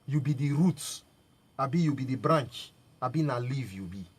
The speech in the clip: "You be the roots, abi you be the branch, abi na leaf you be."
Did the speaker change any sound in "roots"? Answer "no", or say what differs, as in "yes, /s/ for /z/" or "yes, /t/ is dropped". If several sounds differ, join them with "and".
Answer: yes, /s/ is dropped